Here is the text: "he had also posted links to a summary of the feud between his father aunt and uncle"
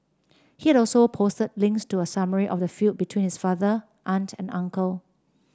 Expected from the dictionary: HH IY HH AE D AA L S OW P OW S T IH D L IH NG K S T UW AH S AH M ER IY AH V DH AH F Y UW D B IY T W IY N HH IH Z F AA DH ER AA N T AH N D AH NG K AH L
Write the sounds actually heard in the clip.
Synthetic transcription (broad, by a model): HH IY HH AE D AA L S OW P OW S T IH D L IH NG K S T UW AH S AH M ER IY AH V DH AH F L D B IY T W IY N HH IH S F AA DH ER AA N T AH N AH NG K AH L